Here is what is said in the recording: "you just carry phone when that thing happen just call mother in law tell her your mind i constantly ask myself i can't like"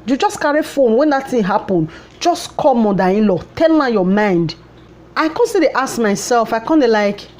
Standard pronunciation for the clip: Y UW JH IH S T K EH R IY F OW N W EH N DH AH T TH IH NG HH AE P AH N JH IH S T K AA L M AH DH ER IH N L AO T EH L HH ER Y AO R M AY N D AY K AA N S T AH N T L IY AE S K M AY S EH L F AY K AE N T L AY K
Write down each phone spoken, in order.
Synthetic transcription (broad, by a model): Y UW JH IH S K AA R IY F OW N W EH N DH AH T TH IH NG HH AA P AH N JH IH S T K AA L M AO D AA IH N L AO T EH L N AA Y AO M AY N D AY K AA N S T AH T IY S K M AY S EH L F AY K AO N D L AY K